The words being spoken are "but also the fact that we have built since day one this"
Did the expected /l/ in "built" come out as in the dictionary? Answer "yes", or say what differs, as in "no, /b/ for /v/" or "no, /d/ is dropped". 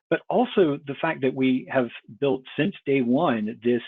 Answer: yes